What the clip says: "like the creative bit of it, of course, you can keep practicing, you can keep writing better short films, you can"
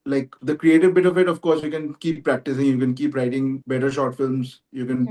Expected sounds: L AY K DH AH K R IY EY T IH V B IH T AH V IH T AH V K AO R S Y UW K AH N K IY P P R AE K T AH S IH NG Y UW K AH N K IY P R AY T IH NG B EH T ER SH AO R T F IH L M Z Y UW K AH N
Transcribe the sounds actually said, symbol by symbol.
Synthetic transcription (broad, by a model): L AY K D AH K R IY EY T IH V B IH T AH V IH T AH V K AO R S Y UW K AH N K IY P P R AE K T AH S IH NG Y UW K AH N K IY P R AY T IH NG B EH T ER SH AO R T F IH L M Z Y UW K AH N